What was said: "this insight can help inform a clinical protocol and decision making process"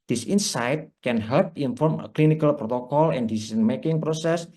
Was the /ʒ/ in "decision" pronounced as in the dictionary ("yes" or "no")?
no